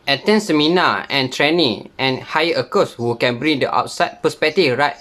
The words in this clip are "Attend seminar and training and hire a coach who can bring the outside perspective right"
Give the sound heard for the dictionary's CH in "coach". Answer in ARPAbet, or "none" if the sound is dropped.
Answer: S